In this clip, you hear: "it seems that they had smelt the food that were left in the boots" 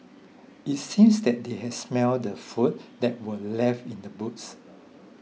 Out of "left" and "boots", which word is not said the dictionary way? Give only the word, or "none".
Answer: left